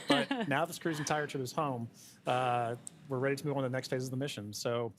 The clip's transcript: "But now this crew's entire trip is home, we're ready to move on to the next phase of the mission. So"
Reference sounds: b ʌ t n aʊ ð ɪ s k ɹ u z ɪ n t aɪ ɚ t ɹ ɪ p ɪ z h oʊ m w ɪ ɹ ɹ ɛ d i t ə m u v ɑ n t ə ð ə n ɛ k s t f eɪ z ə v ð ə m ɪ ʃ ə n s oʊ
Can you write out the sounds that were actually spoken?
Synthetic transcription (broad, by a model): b ʌ t n aʊ ð ɪ s k ɹ u z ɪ n t aɪ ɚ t ɪ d ɪ z h oʊ m w ɪ ɹ ɹ ɛ d i t ə m u v n ð ə n ɛ k s t f eɪ z ə v ð ə m ɪ ʃ ə n s oʊ